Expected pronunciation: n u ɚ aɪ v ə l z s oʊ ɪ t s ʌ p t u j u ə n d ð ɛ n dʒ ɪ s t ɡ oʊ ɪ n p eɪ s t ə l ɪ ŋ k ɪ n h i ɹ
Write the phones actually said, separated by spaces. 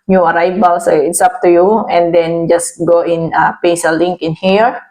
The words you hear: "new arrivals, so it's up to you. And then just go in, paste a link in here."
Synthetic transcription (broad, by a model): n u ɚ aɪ b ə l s ɪ t s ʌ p t u j u ə n d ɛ n dʒ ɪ s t ɡ oʊ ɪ n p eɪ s ə l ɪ ŋ k ɪ n h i ɹ